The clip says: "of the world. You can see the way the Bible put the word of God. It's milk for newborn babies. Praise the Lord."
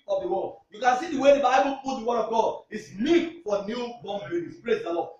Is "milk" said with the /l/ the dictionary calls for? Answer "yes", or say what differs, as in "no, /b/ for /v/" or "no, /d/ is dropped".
no, /l/ is dropped